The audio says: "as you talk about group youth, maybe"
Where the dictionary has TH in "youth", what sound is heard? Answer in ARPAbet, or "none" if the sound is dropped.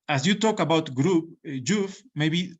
F